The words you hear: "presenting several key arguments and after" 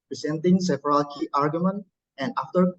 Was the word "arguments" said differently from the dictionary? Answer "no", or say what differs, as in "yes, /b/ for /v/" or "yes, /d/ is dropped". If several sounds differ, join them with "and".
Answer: yes, /s/ is dropped